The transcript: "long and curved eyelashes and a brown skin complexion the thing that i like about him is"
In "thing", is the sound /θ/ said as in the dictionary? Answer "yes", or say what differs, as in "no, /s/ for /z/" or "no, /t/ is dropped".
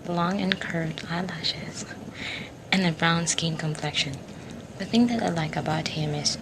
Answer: yes